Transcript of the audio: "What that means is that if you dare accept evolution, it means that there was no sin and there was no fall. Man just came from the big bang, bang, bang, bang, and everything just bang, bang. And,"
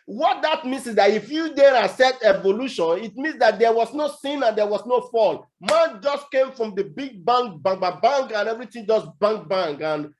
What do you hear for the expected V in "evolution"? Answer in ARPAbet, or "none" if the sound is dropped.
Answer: V